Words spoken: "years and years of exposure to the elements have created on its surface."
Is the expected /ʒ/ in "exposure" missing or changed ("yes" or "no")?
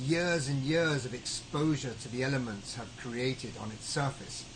no